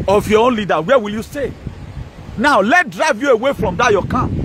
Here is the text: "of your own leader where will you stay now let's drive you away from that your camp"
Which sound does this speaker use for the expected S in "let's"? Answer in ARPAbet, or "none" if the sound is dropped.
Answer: none